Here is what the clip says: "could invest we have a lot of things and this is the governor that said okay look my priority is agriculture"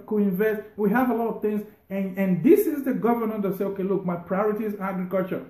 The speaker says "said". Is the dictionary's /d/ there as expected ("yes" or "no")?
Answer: no